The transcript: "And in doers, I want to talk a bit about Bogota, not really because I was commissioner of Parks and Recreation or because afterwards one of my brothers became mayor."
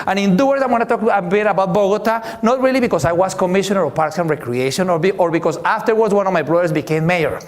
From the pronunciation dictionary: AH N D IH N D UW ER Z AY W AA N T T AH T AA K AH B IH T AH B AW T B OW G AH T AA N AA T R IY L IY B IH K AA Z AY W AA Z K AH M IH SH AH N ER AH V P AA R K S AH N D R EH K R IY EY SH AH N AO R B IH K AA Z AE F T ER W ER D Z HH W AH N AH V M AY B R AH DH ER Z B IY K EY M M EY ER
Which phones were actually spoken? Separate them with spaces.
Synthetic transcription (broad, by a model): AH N IH N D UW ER S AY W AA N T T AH T AA K AH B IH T AH B AW T B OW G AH T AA N AA T R IY L IY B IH K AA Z AY W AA S K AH M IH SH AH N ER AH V P AA R K S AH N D R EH K R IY EY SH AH N AO R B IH K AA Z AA F T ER W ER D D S W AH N AH V M AY B R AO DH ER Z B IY K EY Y M EY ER